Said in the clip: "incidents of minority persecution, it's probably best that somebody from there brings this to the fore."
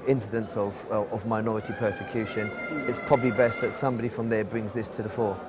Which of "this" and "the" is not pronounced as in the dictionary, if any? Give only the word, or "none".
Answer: none